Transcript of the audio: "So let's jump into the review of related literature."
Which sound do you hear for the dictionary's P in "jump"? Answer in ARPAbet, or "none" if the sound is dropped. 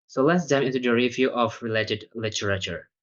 none